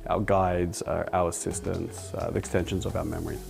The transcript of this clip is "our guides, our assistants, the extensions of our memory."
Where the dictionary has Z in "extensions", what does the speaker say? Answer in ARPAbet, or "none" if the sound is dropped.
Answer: Z